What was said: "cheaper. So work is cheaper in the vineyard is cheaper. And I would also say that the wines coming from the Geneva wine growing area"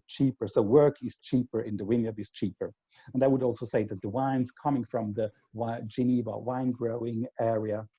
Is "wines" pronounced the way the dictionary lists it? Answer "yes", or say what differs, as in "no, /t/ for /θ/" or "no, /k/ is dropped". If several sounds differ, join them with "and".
yes